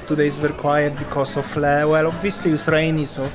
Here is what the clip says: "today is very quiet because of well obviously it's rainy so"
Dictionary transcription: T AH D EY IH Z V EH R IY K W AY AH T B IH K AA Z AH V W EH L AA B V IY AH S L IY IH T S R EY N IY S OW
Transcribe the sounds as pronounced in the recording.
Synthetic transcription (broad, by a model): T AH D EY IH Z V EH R K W AY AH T B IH K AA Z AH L W EH L AA B V IY AH S L IY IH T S R EY N IY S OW